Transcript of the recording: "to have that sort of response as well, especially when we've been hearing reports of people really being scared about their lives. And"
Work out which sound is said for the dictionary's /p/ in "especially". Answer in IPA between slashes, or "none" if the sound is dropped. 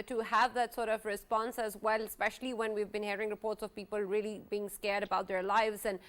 /p/